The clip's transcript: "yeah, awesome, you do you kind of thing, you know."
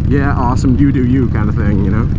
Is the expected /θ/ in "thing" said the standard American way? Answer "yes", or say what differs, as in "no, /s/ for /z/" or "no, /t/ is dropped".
yes